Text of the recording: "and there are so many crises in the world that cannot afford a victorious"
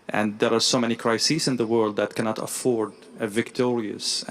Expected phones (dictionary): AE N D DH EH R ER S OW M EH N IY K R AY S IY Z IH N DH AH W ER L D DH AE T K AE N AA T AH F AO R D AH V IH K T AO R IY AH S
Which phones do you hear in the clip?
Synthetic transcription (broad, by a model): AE N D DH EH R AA S OW M EH N IY K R AY S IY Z IH N DH AH W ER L D DH AE T K AE N AA T AH F AO R D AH V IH K T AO R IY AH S